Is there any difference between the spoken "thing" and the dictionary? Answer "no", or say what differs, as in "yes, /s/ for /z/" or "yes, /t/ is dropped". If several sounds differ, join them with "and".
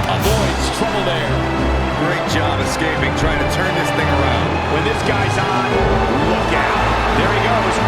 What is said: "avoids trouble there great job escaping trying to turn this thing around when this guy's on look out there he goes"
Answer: no